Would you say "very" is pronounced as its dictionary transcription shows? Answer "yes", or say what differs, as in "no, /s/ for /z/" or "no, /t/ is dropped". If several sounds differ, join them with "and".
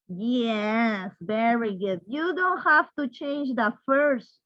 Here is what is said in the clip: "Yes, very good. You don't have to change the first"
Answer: yes